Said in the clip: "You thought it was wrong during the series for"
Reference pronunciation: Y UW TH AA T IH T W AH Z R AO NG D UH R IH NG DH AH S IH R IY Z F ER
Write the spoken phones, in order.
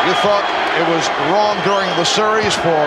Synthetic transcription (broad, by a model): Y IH TH AA T IH T W AH Z R AO NG D UH R IH NG DH AH S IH R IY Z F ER